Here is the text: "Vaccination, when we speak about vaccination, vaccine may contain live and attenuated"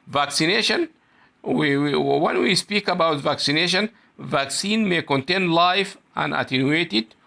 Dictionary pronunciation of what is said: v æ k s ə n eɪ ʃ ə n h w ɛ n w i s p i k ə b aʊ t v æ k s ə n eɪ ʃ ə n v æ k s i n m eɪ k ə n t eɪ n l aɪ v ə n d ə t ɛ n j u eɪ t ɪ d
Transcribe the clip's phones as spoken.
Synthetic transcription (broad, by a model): v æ k s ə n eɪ ʃ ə n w w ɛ n w i s p i k ə b aʊ t v æ k s ə n eɪ ʃ ə n v æ k s i n m eɪ k ə n t eɪ n l aɪ f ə n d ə t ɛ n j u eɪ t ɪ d